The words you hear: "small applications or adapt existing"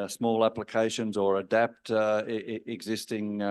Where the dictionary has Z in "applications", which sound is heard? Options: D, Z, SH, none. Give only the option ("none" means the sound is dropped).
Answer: Z